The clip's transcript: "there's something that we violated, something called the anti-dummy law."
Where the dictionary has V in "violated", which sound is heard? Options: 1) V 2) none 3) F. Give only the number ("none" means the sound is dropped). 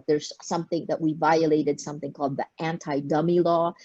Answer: 1